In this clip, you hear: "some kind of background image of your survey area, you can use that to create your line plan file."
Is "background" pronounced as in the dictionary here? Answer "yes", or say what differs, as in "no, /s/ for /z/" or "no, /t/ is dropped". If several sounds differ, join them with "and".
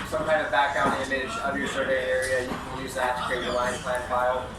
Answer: no, /d/ is dropped